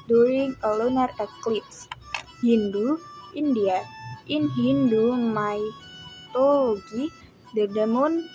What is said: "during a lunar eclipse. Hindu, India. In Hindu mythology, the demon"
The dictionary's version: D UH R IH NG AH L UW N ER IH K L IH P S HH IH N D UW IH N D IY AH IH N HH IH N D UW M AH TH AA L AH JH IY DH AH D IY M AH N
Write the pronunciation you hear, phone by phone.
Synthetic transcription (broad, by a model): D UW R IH NG AH L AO N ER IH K L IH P S HH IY N D UW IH N D IY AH IH N HH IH N D UW M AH T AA L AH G IY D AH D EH M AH N